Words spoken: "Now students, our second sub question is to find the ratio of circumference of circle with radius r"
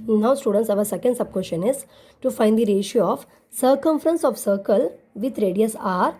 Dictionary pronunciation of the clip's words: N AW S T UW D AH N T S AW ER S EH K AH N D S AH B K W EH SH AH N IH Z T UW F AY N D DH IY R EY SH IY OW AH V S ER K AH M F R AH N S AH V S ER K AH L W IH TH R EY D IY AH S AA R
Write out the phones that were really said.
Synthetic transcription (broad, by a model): N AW S T UW D AH N T S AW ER S EH K AH N D S AH B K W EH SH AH N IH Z T UW F AY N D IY R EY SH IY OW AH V S ER K AH M F R AH N S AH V S ER K AH L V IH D R EY D IY AH S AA R